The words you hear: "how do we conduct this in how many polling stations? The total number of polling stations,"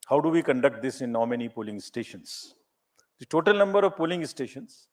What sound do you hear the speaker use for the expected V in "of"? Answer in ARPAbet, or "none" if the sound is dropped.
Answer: V